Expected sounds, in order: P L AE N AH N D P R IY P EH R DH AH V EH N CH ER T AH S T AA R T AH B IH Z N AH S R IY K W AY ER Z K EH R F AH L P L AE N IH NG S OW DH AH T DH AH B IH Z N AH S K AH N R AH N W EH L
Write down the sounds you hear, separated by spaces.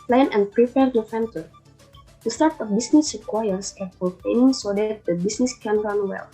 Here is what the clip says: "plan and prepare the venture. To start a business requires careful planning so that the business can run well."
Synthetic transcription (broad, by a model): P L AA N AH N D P R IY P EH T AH F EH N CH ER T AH S T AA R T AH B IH S N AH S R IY K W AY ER S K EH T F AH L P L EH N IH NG S OW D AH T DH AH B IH S N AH S K AH N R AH N W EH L